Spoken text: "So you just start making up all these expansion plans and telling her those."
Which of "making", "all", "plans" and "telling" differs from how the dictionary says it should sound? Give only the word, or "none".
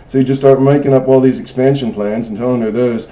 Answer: none